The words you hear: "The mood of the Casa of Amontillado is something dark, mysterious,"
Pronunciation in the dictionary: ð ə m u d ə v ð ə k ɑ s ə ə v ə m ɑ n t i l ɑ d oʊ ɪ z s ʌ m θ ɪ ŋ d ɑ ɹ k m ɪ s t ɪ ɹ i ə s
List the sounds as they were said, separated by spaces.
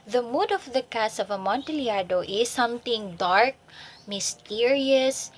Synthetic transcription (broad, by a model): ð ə m u d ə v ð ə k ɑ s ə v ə m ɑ n t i l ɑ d oʊ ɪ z s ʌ m t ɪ ŋ d ɑ ɹ k m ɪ s t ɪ ɹ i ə s